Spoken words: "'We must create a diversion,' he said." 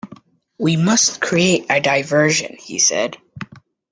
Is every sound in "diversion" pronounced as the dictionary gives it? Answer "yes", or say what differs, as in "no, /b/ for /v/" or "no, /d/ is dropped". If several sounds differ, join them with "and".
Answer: yes